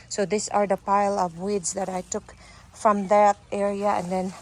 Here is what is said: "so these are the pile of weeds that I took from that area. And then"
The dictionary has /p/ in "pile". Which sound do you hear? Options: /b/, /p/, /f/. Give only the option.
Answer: /p/